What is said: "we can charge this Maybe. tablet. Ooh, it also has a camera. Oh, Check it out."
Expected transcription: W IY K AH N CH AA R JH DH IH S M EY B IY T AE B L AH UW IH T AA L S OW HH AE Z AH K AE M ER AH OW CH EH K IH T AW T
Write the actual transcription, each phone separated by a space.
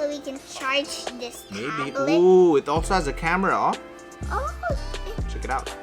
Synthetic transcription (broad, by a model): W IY K AH N CH AA R JH DH IH S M EY IY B AH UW IH T AA L S OW HH AE Z AH K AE M ER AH OW CH EH K IH T AW T